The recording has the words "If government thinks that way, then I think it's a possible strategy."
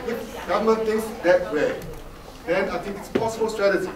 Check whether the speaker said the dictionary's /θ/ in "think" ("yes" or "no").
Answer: no